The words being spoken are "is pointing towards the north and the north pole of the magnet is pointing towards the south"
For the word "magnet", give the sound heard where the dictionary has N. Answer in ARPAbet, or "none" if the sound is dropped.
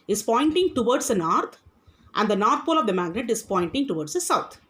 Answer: N